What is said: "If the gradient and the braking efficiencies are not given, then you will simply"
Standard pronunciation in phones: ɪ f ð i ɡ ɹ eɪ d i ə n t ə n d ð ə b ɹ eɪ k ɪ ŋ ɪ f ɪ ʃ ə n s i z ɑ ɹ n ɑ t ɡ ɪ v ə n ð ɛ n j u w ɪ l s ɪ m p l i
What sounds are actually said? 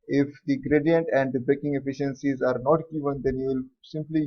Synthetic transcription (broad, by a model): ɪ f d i ɡ ɹ eɪ d i ə n t ə n d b eɪ k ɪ ŋ ɪ f ɪ ʃ ə n s i z ɑ ɹ n ɑ t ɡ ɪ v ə n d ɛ n j u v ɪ l s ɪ m p l i